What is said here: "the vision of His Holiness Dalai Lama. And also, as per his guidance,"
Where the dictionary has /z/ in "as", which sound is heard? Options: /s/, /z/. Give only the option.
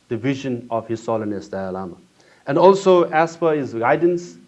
/s/